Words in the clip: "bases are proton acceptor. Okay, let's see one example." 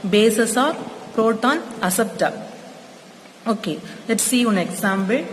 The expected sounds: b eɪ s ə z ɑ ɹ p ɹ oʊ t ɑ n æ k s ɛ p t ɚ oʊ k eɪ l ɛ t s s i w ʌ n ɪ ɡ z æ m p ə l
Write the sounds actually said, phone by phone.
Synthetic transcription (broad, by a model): b eɪ s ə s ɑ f p ɹ oʊ t ɑ n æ s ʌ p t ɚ oʊ k eɪ l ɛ t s s i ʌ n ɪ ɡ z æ m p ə l